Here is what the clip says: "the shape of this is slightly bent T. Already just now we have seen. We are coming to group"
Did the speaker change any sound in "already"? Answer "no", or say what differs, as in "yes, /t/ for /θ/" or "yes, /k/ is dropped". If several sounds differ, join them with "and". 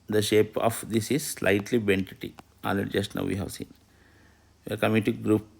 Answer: yes, /ɹ/ is dropped